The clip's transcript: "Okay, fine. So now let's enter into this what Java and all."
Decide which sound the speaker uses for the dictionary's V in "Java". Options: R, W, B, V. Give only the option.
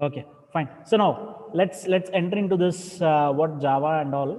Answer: V